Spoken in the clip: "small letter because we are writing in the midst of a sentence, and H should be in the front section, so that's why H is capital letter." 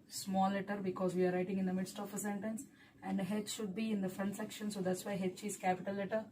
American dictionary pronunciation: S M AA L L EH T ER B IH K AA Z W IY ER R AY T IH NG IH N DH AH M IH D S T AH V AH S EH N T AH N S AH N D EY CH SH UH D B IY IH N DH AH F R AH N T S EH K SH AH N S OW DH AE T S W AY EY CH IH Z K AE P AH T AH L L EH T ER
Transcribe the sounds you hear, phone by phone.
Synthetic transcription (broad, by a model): S M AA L L EH T ER B IH K AA Z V IY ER R AY T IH NG IH N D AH M IH D S T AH F AH S EH N T AH N S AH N D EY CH SH UH D B IY IH N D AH F R AH N T S EH K SH AH N S OW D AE T S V AY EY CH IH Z K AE P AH T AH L L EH T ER